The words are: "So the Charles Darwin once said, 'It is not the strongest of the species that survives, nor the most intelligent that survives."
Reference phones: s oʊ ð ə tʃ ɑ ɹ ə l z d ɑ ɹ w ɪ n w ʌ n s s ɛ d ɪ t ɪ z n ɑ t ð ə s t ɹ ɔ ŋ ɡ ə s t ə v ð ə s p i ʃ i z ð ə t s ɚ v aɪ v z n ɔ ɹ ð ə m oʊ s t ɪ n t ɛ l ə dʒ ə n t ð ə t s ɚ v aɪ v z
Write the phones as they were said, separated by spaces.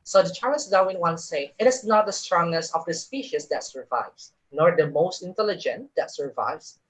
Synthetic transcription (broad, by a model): s oʊ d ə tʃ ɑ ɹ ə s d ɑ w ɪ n w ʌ n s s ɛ ɪ t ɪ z n ɑ t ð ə s t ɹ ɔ ŋ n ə s ə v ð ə s p i ʃ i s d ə t s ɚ v aɪ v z n ɔ ɹ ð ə m oʊ s t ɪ n t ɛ l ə dʒ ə n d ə t s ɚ v aɪ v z